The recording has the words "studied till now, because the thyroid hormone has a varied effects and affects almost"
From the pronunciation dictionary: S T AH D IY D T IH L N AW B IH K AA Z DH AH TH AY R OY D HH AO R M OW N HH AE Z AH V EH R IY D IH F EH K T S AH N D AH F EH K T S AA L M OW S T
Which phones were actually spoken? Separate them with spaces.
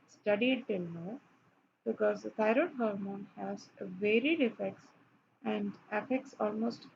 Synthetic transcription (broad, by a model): S T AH D IY D T IH L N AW B IH K AA Z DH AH T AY R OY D HH AO R M OW N HH AE Z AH V EH R IY D IH F EH K T S AH N D AH F EH K T S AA L M OW S T